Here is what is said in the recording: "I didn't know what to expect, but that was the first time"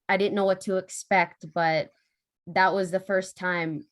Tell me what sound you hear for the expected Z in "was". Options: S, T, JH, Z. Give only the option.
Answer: Z